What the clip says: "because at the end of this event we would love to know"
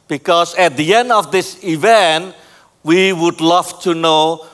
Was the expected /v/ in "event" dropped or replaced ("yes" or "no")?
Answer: no